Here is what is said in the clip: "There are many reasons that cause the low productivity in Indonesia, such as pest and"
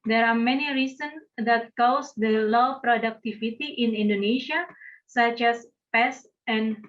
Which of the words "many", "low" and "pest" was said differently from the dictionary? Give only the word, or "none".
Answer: pest